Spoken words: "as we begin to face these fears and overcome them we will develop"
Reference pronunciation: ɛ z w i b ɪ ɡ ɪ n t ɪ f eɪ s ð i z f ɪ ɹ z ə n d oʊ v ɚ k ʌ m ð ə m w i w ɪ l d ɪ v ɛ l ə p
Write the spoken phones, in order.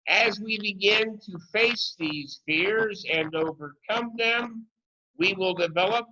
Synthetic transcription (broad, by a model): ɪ z w i b ɪ ɡ ɪ n t ɪ f eɪ s ð i z f ɪ ɹ z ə n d oʊ v ɚ k ʌ m ð ə m w i w ɪ l d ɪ v ɛ l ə p